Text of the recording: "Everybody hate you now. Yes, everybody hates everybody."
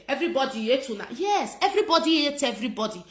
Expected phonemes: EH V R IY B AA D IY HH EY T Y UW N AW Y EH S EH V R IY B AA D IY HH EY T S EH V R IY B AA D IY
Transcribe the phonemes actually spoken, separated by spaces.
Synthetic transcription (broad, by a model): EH V R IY B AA D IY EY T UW N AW Y EH S EH V R IY B AA D IY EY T EH V R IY B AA D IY